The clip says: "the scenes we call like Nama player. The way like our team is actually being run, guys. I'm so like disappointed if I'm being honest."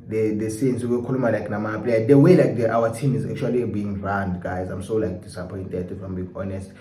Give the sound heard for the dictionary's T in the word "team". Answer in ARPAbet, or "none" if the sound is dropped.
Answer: T